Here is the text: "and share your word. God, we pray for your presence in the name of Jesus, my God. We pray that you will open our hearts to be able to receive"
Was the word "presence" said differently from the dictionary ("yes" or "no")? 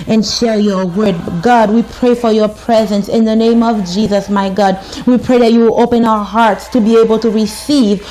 no